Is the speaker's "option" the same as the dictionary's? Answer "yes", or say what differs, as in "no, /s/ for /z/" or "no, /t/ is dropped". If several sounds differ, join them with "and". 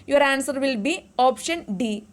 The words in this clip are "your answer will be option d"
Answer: yes